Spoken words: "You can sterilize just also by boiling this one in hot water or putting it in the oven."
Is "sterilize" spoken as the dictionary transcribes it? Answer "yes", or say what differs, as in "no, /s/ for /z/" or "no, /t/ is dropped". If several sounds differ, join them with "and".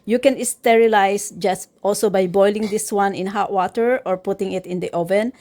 no, /s/ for /z/